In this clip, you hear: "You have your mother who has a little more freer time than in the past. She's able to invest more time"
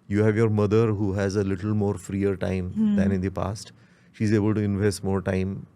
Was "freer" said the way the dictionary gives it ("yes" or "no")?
yes